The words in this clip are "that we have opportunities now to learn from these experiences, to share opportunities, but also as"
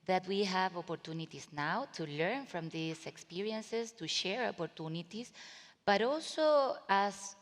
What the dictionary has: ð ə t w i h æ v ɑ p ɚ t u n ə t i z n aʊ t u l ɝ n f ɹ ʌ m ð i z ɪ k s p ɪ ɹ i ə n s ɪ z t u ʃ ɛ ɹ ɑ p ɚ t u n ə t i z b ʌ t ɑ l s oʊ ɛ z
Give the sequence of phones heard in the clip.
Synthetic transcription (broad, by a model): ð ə t w i h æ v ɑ p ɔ t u n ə t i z n aʊ t u l ɝ n f ɹ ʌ m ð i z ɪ k s p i ɹ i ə n s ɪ s t u ʃ ɛ ɹ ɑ p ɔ t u n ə t i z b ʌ t ɑ l s oʊ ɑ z